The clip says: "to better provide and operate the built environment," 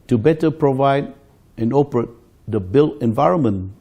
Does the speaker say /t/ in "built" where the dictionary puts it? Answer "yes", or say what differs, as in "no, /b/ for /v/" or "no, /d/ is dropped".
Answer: no, /t/ is dropped